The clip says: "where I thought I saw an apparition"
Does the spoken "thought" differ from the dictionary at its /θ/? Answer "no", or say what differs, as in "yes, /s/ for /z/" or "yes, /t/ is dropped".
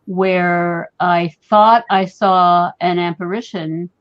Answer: no